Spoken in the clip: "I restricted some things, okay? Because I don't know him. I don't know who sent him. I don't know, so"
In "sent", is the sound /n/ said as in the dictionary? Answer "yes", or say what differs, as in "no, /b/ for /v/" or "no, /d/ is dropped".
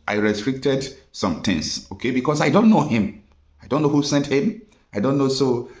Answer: yes